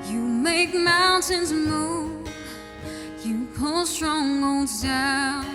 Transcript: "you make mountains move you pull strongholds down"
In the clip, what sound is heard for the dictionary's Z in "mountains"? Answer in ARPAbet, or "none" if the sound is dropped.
Z